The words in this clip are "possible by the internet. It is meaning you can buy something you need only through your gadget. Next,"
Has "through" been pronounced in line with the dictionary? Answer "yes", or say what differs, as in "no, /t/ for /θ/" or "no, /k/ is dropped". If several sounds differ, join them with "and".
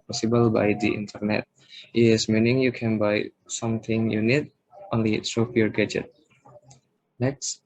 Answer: no, /s/ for /θ/